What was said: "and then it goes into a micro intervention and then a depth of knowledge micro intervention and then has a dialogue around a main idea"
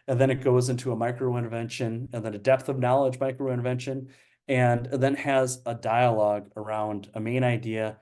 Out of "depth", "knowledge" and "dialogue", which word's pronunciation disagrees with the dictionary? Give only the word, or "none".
none